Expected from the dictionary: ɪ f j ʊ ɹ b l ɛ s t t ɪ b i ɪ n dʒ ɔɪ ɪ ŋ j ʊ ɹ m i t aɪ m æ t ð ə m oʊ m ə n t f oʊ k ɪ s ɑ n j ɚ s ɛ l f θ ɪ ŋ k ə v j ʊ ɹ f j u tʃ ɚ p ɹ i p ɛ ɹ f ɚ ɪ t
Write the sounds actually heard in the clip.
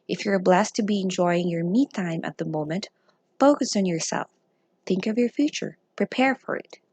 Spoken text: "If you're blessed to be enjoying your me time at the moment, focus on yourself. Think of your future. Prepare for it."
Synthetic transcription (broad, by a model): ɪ f j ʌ ɹ b l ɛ s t t ɪ b i ɪ n dʒ ɔɪ ɪ ŋ j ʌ ɹ m i t aɪ m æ t ð ə m oʊ m ə n t f oʊ k ɪ s n j ɚ s ɛ l f θ ɪ ŋ k ə v j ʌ ɹ f j u tʃ ɚ p ɹ i p ɛ ɹ f ɚ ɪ t